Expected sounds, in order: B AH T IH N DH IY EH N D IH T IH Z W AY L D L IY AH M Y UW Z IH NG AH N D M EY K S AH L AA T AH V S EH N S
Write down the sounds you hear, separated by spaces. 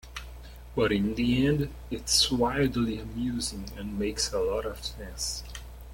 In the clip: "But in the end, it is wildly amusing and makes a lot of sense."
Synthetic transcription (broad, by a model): B AH T IH N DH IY EH N D IH T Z W AY D L IY AH M Y UW Z IH NG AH N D M EY K S AH L AA T AH V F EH N S